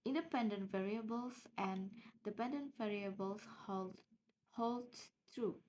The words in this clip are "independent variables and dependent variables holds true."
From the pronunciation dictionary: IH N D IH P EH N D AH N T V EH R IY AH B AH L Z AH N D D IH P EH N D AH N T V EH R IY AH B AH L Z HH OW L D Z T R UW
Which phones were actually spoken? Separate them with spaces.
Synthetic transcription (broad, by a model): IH N D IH P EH N D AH N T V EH R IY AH B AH L S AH N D D IH P EH N D AH N T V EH R IY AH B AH L S HH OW L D T R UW